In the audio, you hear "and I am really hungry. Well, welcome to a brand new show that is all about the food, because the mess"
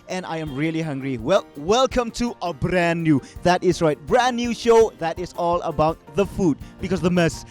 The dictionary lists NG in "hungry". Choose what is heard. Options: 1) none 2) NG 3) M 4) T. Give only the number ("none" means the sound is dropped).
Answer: 2